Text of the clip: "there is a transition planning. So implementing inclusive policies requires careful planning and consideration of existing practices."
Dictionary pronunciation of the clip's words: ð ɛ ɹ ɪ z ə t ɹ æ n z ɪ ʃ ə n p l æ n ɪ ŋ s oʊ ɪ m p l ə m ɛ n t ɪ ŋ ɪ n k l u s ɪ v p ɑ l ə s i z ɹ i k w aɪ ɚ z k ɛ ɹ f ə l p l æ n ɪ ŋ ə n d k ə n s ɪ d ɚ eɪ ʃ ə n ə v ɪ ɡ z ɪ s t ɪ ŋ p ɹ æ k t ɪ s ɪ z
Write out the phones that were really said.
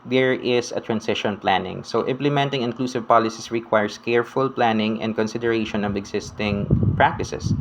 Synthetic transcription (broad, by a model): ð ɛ ɹ ɪ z ə t ɹ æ n s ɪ ʃ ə n p l æ n ɪ ŋ s oʊ ɪ m p l ə m ɛ n t ɪ ŋ ɪ n k l u s ɪ v p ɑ l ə s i s ɹ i k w aɪ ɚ s k ɛ ɹ f ə l p l æ n ɪ ŋ ə n d k ə n s ɪ d ɚ eɪ ʃ ə n ə v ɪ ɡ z ɪ s t ɪ ŋ p ɹ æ k t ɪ s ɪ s